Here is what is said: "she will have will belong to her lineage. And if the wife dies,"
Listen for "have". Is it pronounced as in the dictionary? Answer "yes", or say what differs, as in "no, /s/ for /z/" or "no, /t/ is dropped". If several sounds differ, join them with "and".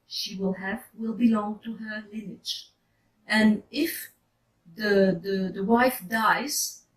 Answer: yes